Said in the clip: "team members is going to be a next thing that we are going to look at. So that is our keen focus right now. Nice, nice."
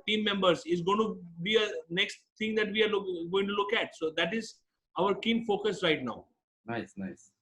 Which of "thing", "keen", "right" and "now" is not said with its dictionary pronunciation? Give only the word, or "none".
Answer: thing